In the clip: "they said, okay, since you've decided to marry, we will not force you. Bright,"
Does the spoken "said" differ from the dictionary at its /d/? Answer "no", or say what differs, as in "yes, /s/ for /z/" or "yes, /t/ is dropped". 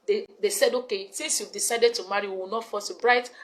no